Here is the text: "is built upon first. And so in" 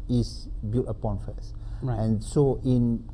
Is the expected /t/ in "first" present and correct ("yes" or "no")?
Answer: no